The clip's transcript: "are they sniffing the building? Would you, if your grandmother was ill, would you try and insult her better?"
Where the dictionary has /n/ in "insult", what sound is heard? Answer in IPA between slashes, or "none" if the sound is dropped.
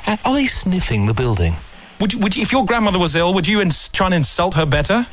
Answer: /n/